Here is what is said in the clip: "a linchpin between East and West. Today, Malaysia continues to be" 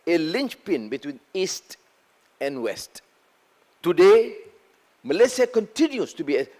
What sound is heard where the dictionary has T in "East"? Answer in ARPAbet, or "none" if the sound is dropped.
T